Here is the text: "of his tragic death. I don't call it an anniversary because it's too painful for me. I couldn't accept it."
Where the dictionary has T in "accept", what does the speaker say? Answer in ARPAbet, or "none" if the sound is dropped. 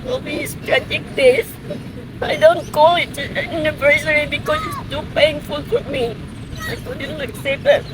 none